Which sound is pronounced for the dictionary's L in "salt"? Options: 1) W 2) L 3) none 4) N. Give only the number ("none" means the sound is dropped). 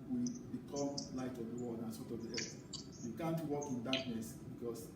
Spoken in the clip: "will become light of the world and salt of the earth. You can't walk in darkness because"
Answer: 3